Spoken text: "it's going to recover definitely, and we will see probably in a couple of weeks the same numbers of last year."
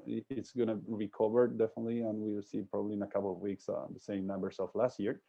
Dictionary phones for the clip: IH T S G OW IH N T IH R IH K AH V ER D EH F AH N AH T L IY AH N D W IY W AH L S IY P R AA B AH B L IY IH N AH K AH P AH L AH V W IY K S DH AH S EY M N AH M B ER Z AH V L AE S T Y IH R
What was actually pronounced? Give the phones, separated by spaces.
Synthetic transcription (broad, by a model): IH T S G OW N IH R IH K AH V ER D EH F AH N AH T L IY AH N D W IY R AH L S IY P R AA B AH B L IY IH N AH K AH P L AH V W IY K S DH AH S EY M N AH M B ER S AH F L AE S T Y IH R